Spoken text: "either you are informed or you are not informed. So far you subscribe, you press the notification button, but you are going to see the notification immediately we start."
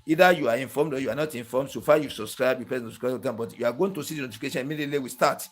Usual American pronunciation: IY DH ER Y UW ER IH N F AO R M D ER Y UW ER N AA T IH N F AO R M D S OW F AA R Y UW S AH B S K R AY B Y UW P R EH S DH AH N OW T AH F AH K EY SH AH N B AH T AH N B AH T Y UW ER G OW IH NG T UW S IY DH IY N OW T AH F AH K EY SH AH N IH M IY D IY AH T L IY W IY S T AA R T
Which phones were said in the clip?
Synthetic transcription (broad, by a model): IY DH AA Y UW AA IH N F AO M D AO Y UW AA N AA T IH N F AO M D S OW F AA Y UW S AH B S K R AY B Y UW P EH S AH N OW S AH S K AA AH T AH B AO T Y UW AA G OW IH NG T UW S IY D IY N OW T AH F AH K EY SH AH N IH M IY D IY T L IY W IY S T AA T